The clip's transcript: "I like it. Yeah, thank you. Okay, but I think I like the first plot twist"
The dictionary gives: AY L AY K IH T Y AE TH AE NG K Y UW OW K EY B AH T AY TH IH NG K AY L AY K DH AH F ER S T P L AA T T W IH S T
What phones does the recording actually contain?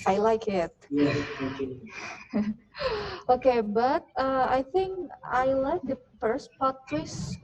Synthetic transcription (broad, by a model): AY L AY K IH T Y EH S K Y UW OW K EY B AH T AY TH IH NG K AY L AY K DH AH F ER S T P AA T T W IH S